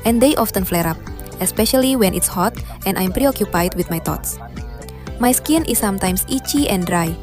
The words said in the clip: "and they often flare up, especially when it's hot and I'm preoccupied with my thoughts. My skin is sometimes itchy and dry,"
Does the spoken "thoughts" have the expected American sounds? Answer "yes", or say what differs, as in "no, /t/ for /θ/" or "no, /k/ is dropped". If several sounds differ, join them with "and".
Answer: no, /t/ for /θ/